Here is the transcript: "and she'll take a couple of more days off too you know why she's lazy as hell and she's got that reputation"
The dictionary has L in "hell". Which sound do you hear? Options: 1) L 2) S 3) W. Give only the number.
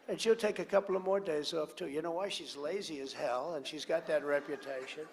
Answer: 1